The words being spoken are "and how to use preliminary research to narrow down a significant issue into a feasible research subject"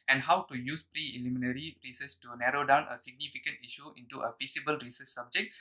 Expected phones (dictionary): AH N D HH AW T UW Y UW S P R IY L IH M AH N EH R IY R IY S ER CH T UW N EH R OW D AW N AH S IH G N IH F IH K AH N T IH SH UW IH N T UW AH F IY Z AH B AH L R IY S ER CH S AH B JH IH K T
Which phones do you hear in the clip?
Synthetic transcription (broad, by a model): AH N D HH AW T UW Y UW S P R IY L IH M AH N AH R IY R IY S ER S T UW N EH R OW D AW N AH S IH G N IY F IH K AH N T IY SH UW IH N T UW AH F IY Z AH B AH L R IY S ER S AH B JH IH K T